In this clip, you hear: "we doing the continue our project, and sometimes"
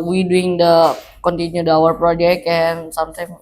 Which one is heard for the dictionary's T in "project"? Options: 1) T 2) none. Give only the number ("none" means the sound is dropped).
2